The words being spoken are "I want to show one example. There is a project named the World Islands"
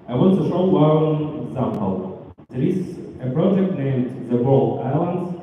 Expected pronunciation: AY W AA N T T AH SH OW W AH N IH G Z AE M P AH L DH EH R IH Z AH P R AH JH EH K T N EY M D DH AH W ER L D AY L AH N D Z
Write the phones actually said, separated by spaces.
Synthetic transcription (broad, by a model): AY W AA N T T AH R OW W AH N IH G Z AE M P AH L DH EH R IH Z AH P R AH JH EH K T N EY M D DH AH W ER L AY L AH N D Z